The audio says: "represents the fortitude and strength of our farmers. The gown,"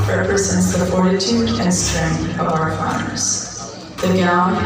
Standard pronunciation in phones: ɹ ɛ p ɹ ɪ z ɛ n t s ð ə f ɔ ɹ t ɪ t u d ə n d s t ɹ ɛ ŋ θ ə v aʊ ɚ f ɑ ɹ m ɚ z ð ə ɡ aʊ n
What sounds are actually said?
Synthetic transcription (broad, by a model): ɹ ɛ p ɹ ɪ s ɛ n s ð ə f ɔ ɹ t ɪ t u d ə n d s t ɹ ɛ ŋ ə v aʊ ɚ f ɑ ɹ m ɚ z ð ə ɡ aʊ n